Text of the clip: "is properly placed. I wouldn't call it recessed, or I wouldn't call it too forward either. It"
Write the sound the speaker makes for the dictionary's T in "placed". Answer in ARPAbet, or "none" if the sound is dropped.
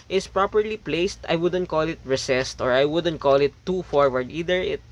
T